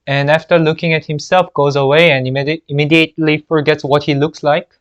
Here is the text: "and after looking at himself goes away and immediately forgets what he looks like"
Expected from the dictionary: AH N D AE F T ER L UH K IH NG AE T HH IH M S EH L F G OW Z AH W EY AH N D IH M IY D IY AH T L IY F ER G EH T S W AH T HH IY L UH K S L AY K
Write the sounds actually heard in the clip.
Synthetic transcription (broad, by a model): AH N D AE F T ER L UH K IH NG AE T HH IH M S EH L F G OW Z AH W EY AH N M IH M IY D IY AH T L IY F ER G EH T S W AH T HH IY L UH K S L AY K